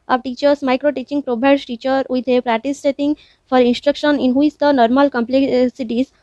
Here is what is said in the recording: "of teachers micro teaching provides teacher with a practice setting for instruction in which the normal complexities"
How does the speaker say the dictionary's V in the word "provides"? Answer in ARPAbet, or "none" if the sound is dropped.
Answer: B